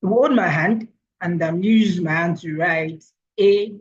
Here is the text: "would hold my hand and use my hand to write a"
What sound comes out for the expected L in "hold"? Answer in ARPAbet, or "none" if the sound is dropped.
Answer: none